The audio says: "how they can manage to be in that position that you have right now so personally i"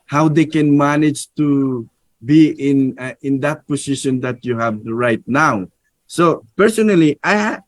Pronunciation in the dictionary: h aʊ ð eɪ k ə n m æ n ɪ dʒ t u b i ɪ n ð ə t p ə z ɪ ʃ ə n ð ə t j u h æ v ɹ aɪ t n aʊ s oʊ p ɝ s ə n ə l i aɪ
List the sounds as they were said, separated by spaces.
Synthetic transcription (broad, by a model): h aʊ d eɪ k ə n m æ n ɪ dʒ t u b i ɪ n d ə t p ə s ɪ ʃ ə n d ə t j u h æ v ɹ aɪ t n aʊ s oʊ p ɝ s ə n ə l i aɪ